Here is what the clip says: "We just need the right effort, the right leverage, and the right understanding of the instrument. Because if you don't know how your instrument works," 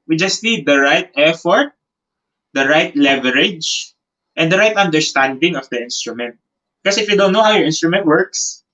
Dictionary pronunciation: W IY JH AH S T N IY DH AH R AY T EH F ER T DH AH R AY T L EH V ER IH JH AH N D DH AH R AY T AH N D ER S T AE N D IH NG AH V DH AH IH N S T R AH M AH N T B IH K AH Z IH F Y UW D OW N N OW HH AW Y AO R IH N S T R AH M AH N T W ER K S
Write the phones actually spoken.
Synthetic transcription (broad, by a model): W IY JH AH S T N IY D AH R AY T EH F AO T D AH R AY T L EH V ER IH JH AH N D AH R AY T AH N D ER S T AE N D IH NG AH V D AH IH N S T R AH M AH N T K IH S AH IH F Y UW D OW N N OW HH AW Y AO R IH N S T R AH M AH N T W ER K S